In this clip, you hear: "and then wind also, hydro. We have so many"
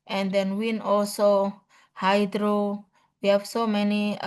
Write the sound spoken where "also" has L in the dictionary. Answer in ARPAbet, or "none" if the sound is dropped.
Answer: L